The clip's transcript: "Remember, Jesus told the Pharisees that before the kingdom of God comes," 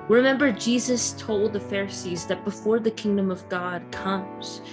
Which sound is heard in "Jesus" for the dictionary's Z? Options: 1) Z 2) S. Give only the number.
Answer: 1